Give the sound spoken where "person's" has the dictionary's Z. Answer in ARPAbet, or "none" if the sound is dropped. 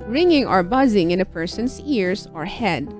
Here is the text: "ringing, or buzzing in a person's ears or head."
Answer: S